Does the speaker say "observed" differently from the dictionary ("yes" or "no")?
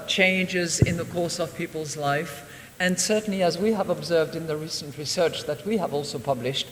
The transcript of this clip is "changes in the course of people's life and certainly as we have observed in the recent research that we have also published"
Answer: no